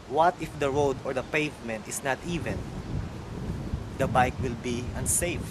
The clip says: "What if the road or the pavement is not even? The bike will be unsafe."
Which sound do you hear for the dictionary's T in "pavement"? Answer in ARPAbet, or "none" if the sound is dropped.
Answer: T